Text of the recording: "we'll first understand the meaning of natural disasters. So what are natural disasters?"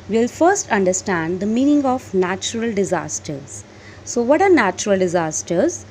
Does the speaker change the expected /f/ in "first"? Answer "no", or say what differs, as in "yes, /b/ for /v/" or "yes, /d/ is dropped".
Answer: no